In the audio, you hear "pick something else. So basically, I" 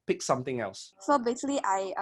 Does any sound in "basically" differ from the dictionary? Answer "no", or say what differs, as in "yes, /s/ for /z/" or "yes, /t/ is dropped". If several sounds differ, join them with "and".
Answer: yes, /k/ is dropped